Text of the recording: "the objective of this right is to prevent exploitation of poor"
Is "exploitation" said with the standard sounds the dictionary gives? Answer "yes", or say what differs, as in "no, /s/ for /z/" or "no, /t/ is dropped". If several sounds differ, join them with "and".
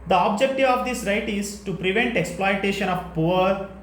yes